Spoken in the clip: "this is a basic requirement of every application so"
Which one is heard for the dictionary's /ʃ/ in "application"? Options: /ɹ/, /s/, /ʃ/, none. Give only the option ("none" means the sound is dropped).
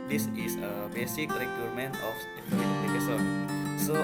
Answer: /s/